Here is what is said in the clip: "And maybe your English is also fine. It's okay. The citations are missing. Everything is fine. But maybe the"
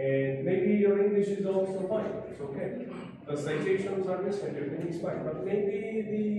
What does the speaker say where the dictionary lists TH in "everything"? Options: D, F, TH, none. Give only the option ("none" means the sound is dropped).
F